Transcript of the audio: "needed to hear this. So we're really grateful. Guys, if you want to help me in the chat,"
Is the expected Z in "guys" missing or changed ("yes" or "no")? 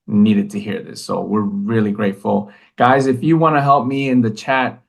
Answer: no